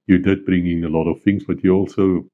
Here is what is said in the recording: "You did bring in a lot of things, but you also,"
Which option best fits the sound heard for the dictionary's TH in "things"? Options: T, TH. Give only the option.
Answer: TH